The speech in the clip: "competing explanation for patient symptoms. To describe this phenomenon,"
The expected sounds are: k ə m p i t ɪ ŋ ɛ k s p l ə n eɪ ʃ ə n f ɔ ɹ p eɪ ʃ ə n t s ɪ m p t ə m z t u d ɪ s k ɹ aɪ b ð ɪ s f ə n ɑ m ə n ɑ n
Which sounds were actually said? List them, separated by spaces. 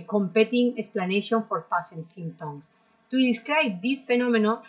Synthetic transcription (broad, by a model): k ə m p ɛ t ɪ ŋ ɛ k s p l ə n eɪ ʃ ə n f ɔ ɹ p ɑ s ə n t s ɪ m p t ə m s t u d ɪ s k ɹ aɪ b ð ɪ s f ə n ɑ m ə n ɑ